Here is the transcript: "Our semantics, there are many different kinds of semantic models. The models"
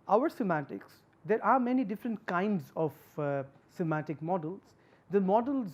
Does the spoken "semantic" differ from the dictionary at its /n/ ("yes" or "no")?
yes